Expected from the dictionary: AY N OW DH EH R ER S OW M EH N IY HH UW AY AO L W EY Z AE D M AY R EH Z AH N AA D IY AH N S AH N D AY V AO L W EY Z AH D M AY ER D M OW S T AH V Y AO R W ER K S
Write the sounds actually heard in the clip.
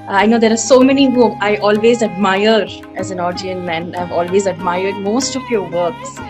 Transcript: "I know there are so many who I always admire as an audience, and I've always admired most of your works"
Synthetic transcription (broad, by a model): AY N OW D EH R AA S OW M EH N IY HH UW AY AO L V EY Z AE D M AY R EH Z AH N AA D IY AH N AH N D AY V AO L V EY Z AH D M AY ER D M OW S T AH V Y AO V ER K S